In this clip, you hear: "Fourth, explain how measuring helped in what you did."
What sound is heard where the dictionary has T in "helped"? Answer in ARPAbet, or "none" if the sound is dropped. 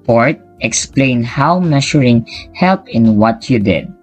none